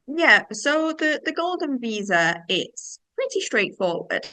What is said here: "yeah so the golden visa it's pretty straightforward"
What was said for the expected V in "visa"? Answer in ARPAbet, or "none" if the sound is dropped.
V